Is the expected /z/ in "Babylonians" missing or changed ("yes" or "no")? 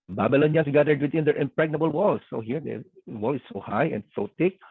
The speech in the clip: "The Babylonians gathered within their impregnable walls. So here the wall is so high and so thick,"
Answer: yes